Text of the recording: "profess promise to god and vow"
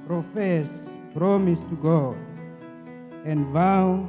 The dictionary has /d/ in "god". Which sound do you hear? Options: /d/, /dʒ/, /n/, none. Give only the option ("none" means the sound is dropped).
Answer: none